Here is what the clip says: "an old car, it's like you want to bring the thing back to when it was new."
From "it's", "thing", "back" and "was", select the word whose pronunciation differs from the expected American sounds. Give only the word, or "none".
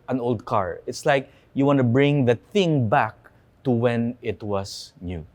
was